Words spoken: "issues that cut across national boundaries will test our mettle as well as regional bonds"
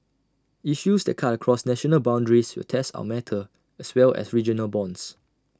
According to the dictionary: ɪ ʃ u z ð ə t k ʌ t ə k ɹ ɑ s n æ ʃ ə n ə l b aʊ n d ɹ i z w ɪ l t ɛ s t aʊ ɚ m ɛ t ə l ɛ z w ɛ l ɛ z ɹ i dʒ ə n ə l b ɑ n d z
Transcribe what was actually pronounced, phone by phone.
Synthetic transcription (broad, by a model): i ʃ u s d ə t k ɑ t ə k ɹ ɑ s n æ ʃ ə n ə l b aʊ n d ɹ i s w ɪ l t ɛ s t aʊ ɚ m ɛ t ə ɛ s w ɛ l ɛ s ɹ i dʒ ə n ə l b ɑ n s